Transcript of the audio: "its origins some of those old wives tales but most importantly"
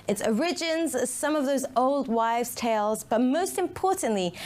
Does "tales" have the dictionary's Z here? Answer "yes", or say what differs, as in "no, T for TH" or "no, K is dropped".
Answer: yes